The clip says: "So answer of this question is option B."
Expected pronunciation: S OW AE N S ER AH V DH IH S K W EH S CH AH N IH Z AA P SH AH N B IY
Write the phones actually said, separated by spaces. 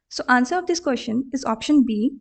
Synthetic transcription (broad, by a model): S OW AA N S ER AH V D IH S K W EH SH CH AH N IH Z AA P SH AH N B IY